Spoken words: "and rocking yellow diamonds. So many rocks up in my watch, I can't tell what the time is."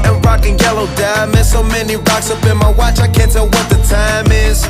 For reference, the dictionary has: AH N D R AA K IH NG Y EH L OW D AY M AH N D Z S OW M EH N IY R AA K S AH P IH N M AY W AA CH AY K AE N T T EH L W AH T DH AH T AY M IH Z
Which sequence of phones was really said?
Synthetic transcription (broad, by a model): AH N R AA K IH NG Y EH L OW D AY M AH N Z S OW M EH N IY R AA K S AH B IH N M AY W AA CH AY K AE N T T EH L W AH T DH AH T AY M IH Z